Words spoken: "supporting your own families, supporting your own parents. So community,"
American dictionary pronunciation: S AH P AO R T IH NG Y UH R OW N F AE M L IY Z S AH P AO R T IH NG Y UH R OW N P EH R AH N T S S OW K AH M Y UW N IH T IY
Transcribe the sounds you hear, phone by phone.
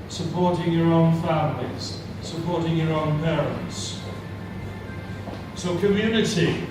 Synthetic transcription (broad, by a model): S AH P AO R T IH NG Y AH R OW N F AE M L IY Z S AH P AO R T IH NG Y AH R OW N P EH R AH N T S S OW K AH M Y UW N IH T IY